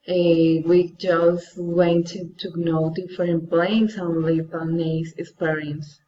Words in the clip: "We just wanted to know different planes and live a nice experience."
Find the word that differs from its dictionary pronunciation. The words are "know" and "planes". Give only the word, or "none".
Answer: planes